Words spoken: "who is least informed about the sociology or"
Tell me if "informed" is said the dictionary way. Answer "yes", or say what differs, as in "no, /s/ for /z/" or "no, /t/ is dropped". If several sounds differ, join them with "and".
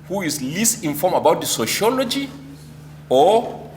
no, /d/ is dropped